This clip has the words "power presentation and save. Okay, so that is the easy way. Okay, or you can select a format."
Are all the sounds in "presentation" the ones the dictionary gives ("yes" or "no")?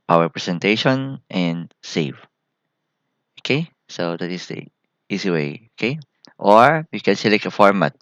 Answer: no